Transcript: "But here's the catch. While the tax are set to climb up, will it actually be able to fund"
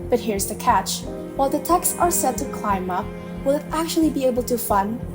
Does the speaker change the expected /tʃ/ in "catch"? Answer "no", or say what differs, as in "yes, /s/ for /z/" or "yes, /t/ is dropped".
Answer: no